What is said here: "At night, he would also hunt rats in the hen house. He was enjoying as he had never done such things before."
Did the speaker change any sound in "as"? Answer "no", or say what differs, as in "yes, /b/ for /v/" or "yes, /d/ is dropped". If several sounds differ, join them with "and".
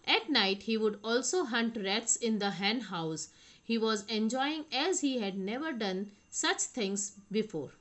no